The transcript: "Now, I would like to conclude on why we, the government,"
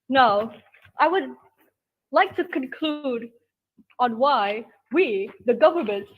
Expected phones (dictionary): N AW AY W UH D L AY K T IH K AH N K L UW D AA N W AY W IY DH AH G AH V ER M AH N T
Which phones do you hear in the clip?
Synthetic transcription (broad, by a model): N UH AY W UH D L AY K T IH K AH N K L UW D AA N W AY W IY DH AH G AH V ER M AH N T